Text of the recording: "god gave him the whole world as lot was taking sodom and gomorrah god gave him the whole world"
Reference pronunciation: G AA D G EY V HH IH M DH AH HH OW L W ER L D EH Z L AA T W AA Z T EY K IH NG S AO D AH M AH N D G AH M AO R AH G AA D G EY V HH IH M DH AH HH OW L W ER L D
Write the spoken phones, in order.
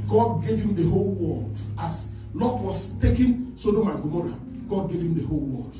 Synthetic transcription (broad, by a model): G AA D G EY V HH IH M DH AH HH OW L W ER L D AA S L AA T W AA S T EY K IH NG S AO D AH M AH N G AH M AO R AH G AA D G EY V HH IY M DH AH HH OW L W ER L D